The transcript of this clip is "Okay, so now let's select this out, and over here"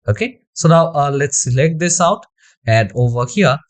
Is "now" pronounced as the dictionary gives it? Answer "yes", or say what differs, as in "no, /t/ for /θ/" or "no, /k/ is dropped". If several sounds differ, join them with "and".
yes